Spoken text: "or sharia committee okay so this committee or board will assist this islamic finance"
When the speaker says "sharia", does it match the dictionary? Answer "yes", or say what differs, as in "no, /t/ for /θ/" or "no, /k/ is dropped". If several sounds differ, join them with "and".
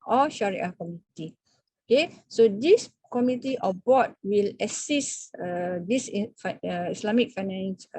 yes